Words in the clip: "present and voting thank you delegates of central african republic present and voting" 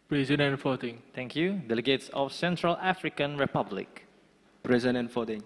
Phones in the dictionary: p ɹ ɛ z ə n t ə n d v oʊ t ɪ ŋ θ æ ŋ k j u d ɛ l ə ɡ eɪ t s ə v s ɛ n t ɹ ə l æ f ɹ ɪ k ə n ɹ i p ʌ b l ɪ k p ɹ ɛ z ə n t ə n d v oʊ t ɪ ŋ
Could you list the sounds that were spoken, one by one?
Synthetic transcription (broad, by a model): p ɹ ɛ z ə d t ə n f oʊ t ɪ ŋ t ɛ ŋ k j u d ɛ l ə ɡ eɪ t s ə f s ɛ n t ɹ ə l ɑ f ɹ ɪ k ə n ɹ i p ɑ b l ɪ k p ɹ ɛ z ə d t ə n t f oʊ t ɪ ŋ